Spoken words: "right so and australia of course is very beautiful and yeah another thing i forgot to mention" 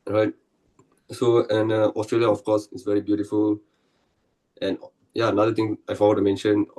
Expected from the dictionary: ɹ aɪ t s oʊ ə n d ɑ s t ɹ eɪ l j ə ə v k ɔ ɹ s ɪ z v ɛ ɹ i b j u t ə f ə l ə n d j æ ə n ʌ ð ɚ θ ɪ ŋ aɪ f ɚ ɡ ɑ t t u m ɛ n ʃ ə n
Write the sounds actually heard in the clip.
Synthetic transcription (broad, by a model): ɹ aɪ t s oʊ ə n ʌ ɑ s t ɹ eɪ l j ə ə f k ɔ s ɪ s v ɛ ɹ i b j u t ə f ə l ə n j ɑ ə n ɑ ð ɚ t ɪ ŋ aɪ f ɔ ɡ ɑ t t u m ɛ n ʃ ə n